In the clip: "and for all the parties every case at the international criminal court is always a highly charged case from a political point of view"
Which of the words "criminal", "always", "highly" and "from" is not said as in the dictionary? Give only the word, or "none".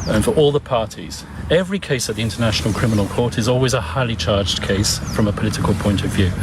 none